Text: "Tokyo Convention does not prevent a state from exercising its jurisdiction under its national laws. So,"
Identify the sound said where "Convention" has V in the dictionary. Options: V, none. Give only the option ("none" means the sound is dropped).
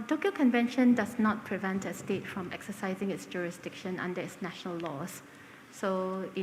V